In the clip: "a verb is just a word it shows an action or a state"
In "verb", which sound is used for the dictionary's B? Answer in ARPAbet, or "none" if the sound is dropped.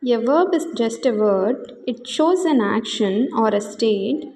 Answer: B